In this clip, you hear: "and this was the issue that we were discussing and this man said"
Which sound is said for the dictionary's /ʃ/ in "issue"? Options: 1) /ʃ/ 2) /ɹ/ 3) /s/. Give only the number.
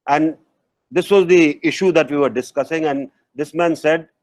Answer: 1